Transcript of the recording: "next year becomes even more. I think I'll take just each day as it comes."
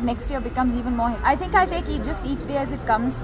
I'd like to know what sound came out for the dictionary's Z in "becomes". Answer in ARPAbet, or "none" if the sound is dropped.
Z